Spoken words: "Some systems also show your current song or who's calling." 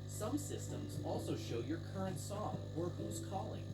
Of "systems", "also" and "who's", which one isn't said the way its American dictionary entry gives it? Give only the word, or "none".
none